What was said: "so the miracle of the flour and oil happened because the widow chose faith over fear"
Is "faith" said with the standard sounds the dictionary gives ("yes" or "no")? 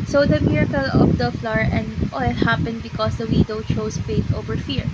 no